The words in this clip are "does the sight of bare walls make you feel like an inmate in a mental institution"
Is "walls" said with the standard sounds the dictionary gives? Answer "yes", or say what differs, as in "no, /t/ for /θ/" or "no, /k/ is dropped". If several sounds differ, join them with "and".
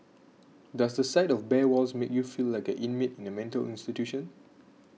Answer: no, /s/ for /z/